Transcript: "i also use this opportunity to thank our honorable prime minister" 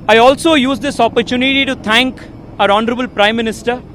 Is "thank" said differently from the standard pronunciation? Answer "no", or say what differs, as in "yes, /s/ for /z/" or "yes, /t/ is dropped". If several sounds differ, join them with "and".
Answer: yes, /t/ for /θ/